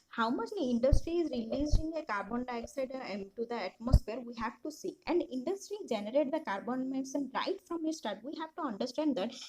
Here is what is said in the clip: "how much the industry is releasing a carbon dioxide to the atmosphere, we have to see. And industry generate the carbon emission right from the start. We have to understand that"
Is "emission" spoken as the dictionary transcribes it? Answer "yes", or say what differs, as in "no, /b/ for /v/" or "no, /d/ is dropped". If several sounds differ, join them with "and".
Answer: no, /s/ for /ʃ/